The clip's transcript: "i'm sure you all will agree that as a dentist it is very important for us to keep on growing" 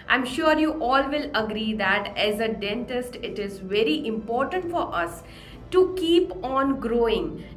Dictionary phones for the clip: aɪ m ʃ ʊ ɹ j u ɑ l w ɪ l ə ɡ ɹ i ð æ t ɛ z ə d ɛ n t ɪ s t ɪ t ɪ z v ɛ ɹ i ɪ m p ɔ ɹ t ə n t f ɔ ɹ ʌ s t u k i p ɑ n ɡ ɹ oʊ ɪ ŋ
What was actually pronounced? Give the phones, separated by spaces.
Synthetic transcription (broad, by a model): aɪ m ʃ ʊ ɹ j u ɑ l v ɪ l ə ɡ ɹ i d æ t ɛ z ə d ɛ n t ɪ s t ɪ t ɪ z v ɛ ɹ i ɪ m p ɔ ɹ t ə n t f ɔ ɹ ʌ s t u k i p ɑ n ɡ ɹ oʊ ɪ ŋ